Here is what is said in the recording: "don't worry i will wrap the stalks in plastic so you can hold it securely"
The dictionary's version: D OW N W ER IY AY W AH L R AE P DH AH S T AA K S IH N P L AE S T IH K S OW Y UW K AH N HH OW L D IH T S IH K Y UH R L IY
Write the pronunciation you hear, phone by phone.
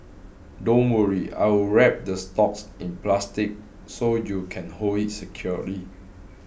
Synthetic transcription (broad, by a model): D OW N W ER IY AY W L R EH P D AH S T AA K S IH N P L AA S T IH K S OW Y UW K AH N HH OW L IH T S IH K Y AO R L IY